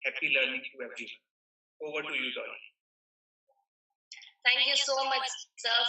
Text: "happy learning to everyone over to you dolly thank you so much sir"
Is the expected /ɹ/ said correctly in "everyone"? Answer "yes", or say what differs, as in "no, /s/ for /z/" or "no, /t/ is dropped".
no, /ɹ/ is dropped